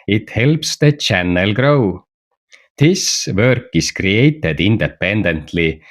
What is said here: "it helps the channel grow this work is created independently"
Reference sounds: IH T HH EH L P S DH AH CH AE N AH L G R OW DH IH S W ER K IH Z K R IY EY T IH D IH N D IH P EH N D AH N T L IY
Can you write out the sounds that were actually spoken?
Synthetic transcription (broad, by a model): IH T HH EH L P S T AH CH AE N AH L G R OW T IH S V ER K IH S K R IY EY T IH D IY N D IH P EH N D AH N T L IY